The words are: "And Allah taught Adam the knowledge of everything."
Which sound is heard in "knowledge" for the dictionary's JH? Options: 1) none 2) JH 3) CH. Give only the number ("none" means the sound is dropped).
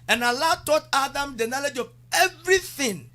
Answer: 2